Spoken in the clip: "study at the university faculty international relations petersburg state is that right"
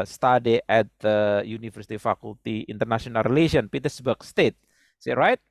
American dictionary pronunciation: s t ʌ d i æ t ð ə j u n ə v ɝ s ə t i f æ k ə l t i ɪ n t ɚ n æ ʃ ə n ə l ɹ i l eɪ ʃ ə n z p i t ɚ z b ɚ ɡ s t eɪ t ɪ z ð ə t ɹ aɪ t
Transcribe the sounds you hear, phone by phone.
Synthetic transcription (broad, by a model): s t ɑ d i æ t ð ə j u n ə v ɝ s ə t i f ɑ k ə l t i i n t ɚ n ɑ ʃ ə n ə l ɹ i l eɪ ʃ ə n p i t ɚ s b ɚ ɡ s t eɪ t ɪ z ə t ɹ aɪ t